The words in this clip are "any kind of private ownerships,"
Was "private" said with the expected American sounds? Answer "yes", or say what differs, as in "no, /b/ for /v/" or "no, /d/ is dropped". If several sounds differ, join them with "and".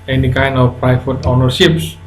no, /f/ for /v/